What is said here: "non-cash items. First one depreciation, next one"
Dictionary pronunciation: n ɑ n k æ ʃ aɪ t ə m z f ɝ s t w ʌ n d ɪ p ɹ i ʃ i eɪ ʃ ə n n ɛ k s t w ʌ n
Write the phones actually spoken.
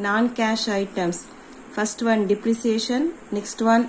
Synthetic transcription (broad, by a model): n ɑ n k æ ʃ aɪ t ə m s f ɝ s t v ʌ n d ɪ p ɹ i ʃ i eɪ ʃ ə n n ɛ k s t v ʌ n